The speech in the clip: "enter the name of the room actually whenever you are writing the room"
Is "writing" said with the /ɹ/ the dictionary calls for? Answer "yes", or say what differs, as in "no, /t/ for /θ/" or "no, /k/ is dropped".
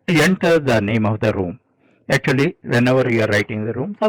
yes